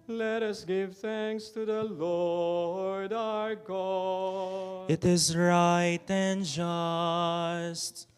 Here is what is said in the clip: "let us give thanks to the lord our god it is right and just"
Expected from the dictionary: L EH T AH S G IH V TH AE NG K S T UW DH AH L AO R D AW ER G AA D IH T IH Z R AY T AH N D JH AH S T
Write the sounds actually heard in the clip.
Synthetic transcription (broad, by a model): L EH T AH S G IH V TH AE NG K S T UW DH AH L AO R D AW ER G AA IH T IH Z R AY T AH N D JH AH S T